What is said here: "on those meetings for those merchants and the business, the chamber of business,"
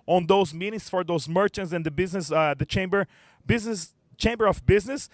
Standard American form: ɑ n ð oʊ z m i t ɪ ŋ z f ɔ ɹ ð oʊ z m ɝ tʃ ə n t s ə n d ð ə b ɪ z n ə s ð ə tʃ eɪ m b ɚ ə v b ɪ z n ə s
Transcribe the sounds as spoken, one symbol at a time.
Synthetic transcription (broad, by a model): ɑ n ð oʊ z m i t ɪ ŋ s f ɔ ɹ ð oʊ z m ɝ tʃ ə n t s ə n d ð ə b ɪ z n ə s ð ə tʃ eɪ m b ɚ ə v b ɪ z n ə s